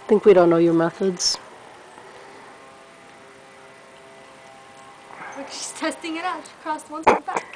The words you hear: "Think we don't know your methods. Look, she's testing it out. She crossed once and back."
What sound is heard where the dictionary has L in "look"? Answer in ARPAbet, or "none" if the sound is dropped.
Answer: W